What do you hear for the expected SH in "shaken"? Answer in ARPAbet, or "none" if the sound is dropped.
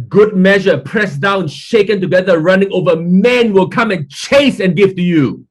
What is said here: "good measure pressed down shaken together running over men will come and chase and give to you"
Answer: SH